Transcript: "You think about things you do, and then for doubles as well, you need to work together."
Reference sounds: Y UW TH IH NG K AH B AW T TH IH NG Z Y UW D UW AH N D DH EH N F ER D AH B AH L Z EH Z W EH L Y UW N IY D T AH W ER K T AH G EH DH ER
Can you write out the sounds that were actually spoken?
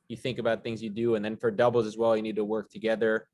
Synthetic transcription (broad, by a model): Y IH TH IH NG K AH B AW T TH IH NG Z Y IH D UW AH N DH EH N F ER D AH B L Z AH Z W EH L Y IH N IY D T AH W ER K T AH G EH DH ER